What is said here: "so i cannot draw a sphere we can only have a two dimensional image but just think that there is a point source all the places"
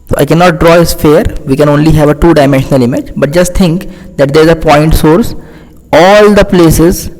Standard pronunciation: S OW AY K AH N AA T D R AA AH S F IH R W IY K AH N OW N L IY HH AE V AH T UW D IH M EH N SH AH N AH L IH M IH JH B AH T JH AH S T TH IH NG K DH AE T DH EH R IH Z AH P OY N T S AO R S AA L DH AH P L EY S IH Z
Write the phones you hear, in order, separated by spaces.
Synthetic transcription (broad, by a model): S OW AY K AH N AA T D R AA AH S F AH R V IY K AH N OW N L IY HH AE V AH T UW D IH M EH N SH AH N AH L IH M IH JH B AH T JH AH S T T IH NG K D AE T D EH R IH Z AH P OY N T S AO R S AA L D AH P L EY S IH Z